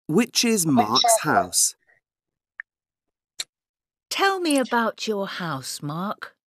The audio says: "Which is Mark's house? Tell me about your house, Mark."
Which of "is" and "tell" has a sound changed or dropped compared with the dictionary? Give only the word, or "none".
none